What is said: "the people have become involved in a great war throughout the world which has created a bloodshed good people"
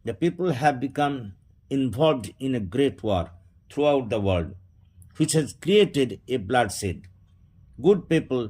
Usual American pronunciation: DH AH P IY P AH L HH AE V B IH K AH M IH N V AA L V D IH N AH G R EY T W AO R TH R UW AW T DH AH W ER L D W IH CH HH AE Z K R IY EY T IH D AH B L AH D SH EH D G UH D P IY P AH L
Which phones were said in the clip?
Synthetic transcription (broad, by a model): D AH P IY P AH L HH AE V B IH K AH M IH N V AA L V D IH N AH G R EY T W AO R T R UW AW T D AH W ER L D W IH CH HH AE Z K R IY EY T IH D AH B L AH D S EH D G UH D P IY P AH L